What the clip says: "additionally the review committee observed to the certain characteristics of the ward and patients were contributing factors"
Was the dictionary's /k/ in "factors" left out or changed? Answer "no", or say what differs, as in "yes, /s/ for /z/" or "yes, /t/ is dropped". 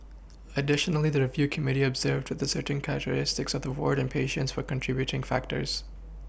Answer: no